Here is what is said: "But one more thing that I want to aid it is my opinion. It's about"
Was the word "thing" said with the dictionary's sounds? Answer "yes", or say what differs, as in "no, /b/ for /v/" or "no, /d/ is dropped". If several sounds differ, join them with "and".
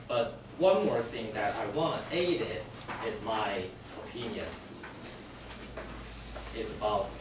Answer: yes